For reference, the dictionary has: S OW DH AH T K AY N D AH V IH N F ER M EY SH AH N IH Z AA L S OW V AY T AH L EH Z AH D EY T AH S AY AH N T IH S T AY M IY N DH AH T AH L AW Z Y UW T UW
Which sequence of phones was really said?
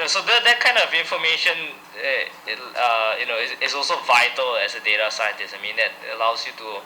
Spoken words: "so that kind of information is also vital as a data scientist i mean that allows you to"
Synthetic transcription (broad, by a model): S OW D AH T K AY N D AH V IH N F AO M EY SH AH N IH S AA L S OW V AY T AH L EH S AH D EY T AH S AY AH N T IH S AY M IY N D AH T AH L AW S Y UW T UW